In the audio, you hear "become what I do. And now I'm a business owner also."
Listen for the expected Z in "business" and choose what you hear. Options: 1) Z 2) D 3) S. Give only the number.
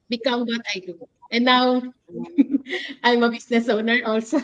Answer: 3